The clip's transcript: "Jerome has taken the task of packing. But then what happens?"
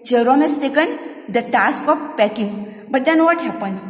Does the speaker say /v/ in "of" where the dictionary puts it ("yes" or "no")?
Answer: no